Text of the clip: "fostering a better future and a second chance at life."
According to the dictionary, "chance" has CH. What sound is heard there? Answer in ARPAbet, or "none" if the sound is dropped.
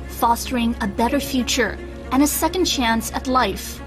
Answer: CH